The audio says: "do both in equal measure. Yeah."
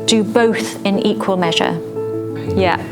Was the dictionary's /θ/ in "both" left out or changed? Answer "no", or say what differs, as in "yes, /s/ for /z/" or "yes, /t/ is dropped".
no